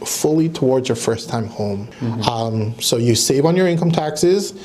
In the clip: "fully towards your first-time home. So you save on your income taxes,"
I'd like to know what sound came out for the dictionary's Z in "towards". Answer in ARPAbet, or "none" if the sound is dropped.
Z